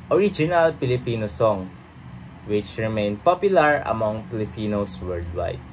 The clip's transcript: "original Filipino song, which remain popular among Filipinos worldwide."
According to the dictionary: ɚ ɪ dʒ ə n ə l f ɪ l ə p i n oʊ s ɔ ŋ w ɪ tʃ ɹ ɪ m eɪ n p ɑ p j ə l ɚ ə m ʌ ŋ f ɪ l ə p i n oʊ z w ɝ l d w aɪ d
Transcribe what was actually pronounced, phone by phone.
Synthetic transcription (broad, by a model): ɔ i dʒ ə n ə l p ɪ l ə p i n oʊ s ɔ ŋ w ɪ tʃ ɹ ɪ m eɪ n p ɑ p j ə l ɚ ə m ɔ ŋ p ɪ l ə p i n oʊ s w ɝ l d w aɪ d